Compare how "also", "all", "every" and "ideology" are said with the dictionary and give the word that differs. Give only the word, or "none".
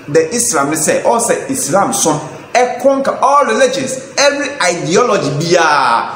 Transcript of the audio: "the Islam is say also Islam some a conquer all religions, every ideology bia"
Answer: also